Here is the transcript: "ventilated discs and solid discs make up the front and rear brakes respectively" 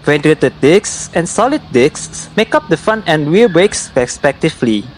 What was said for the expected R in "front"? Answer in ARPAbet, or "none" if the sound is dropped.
none